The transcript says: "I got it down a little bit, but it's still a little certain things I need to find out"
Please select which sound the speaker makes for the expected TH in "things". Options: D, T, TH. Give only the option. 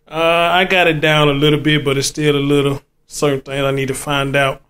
T